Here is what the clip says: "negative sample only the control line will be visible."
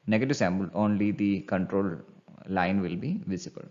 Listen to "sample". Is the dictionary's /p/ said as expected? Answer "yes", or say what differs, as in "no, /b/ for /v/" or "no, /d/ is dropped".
no, /b/ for /p/